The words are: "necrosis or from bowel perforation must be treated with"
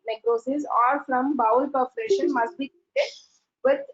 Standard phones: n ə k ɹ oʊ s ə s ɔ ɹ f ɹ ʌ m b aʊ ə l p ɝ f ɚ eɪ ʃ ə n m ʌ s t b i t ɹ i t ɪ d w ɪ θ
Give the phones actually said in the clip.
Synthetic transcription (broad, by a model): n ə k ɹ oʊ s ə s ɔ ɹ f ɹ ʌ m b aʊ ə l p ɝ p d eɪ ʃ ə n m ʌ s t b i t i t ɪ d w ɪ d